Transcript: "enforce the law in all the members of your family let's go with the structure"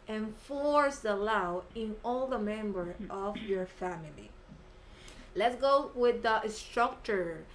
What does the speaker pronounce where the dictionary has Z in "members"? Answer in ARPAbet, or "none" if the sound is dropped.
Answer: none